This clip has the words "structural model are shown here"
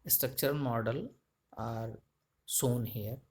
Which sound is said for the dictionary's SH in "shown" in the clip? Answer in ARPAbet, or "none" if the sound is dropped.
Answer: S